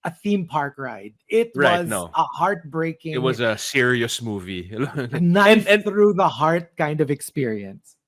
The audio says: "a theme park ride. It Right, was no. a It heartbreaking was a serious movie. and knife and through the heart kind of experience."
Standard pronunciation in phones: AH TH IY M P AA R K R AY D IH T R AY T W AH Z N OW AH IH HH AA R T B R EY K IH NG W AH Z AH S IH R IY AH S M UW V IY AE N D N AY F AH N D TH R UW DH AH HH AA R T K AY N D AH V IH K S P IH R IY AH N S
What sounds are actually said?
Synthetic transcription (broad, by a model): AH TH IY M P AA R K R AY D IH T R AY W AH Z N OW AH HH AA R T B R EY K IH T W AH Z AH S IH R IY AH S M UW V IY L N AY AH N TH R UW DH AH HH AA R T K AY N D AH V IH K S P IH R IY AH N S